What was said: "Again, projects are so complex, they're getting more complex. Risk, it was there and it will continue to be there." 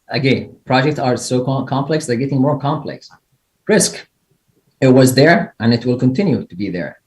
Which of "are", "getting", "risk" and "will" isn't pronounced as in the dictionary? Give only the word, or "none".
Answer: none